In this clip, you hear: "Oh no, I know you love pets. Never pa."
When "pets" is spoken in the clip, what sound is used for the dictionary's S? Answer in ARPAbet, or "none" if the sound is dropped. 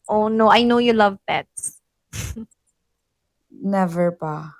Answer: none